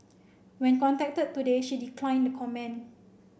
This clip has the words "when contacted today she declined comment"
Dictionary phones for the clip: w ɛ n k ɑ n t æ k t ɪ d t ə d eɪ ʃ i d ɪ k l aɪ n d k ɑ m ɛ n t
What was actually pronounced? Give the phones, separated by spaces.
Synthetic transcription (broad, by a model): w ɛ n k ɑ n t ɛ k t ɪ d t ə d eɪ ʃ i d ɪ k l aɪ n d k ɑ m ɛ n